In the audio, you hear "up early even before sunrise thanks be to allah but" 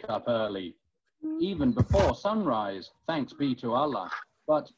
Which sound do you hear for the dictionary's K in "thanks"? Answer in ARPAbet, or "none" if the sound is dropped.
K